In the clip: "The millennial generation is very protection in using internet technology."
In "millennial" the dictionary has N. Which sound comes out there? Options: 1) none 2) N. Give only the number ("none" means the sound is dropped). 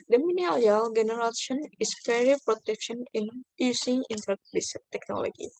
1